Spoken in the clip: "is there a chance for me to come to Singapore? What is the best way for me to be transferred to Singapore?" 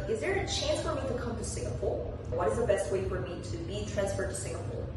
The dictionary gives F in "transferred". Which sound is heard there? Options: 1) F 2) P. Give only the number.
1